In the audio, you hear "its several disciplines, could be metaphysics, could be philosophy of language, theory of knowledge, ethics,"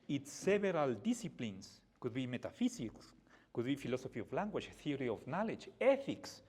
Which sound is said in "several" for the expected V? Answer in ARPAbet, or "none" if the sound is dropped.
none